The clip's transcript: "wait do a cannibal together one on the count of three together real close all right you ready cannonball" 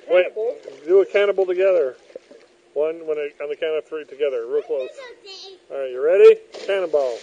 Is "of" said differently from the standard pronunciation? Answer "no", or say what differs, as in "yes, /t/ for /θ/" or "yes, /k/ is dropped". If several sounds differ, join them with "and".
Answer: yes, /p/ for /v/